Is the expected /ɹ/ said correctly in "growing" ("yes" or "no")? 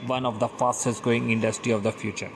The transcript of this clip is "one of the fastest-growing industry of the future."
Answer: no